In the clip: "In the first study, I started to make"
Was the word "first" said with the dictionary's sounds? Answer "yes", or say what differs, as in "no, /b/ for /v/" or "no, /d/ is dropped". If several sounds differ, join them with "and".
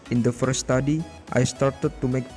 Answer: no, /s/ is dropped